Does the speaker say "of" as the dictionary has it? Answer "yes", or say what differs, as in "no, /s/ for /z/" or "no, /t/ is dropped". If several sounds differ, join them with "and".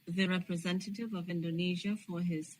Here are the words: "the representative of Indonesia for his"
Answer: yes